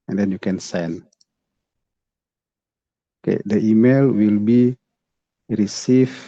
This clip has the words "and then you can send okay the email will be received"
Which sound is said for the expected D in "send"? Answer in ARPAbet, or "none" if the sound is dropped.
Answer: none